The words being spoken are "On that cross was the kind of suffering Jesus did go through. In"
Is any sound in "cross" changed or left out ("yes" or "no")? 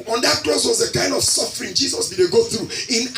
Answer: yes